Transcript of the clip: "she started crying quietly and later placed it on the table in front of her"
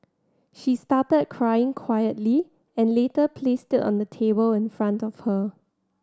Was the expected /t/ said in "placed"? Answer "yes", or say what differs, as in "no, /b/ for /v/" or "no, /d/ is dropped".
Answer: yes